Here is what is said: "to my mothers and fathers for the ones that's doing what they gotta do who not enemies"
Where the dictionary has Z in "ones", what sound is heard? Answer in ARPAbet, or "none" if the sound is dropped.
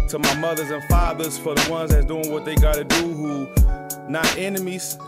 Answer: Z